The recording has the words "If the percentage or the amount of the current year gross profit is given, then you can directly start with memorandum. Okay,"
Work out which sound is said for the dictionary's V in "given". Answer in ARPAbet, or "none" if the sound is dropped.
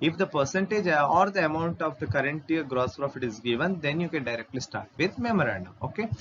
V